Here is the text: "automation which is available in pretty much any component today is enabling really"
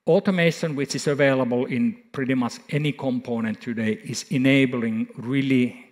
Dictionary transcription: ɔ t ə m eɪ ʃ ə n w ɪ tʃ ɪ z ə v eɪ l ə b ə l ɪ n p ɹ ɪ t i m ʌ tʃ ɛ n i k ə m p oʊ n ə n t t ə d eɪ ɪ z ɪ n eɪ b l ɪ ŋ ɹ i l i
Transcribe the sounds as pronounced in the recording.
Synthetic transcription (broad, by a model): ɔ t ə m eɪ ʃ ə n w ɪ tʃ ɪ s ə v eɪ l ə b ə l ɪ n p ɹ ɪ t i m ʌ s ɛ n i k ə m p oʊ n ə n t t ə d eɪ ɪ s ɪ n eɪ b l ɪ ŋ ɹ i l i